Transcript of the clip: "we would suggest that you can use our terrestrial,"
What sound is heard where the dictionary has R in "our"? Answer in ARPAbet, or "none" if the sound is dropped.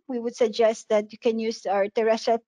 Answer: R